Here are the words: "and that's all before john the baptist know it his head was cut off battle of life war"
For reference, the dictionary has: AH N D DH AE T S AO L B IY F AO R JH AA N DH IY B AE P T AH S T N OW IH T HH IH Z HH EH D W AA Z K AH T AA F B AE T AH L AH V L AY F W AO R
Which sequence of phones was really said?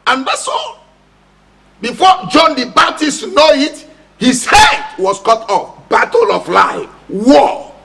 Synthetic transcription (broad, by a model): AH N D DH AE S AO B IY F AO JH AA N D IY B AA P T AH S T N OW IH T HH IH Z HH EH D W AA S K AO T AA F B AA T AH L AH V L AY F W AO